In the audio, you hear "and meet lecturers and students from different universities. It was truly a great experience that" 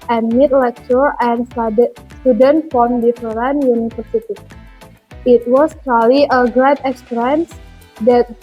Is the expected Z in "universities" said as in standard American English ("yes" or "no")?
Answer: no